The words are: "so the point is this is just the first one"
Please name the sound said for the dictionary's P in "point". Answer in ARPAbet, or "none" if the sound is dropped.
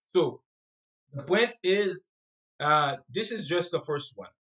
B